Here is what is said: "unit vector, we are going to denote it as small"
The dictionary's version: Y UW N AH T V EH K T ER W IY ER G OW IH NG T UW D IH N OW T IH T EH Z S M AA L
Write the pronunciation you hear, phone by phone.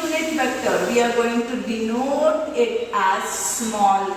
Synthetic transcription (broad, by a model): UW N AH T B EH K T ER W IY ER G OW IH NG T UW D IH N OW T IH T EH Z S M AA L